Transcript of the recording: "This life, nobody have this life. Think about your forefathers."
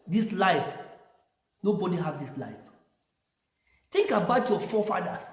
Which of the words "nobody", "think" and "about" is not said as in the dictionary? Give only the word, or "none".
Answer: think